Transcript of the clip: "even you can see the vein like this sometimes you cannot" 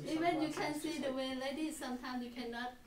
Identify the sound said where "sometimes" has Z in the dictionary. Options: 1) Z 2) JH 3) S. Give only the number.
3